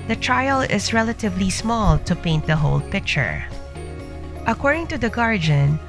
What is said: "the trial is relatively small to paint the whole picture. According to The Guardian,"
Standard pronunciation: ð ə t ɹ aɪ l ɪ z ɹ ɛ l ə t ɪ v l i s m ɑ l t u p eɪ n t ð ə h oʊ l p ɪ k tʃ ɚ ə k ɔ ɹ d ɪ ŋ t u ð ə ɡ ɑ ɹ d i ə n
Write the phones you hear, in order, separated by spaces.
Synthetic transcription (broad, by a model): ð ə t ɹ aɪ l ɪ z ɹ ɛ l ə t ɪ v l i s m ɑ l t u p eɪ n t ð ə h oʊ l p ɪ k tʃ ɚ ə k ɔ ɹ d ɪ ŋ t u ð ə ɡ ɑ ɹ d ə n